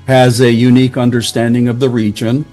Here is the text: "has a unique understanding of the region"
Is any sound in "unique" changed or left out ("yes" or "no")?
no